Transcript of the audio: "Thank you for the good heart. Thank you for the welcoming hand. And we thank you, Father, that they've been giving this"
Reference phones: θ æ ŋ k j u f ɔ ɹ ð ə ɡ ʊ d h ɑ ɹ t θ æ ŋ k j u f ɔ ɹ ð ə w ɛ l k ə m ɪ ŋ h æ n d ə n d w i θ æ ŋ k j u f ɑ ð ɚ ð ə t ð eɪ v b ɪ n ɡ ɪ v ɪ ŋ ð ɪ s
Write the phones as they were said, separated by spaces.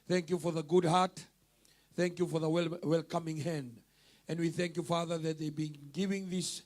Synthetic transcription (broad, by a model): θ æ ŋ k j u f ɔ ɹ ð ə ɡ ʊ d h ɑ ɹ t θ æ ŋ k j u f ɔ ɹ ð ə w ɛ l k ə m ɪ ŋ h æ n d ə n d w i θ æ ŋ k j u f ɑ ð ɚ ð ə t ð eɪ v b ɪ n ɡ ɪ v ɪ ŋ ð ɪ s